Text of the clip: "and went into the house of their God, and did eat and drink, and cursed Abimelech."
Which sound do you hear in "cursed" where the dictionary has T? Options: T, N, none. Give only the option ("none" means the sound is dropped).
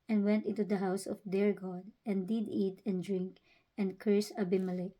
none